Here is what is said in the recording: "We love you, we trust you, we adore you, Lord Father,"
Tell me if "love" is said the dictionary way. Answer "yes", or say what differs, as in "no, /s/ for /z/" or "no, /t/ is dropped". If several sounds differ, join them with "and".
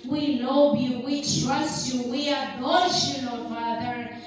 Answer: no, /b/ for /v/